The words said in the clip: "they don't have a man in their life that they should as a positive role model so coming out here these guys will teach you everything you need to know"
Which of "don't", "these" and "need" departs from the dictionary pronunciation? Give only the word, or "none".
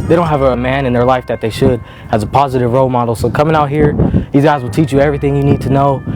none